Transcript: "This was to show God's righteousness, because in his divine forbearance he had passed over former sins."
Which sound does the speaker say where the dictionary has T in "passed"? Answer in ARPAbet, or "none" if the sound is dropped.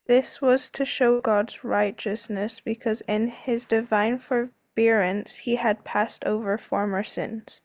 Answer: T